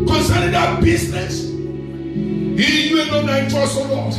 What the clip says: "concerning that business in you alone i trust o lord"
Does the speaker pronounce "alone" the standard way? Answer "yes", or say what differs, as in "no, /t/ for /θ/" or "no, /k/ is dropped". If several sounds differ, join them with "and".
no, /n/ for /l/